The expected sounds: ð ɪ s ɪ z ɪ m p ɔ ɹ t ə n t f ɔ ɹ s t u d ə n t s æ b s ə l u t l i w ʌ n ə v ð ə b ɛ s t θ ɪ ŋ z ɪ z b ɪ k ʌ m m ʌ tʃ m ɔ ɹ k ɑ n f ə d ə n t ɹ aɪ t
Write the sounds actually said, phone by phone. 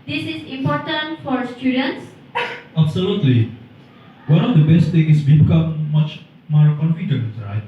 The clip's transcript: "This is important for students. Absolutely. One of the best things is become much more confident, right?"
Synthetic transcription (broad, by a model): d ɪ s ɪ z ɪ m p ɔ ɹ t ə n t f ɔ ɹ s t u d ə n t s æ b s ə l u t l i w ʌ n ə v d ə b ɛ s t t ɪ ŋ ɪ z b ɪ k ʌ m m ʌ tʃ m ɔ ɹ k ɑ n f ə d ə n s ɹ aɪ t